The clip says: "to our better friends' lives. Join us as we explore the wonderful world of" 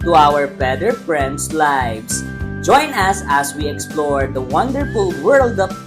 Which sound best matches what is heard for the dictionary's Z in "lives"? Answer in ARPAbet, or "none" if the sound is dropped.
S